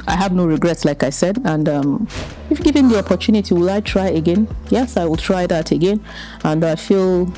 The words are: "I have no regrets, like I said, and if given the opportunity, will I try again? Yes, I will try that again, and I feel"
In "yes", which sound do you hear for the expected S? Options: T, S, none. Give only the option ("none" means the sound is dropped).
S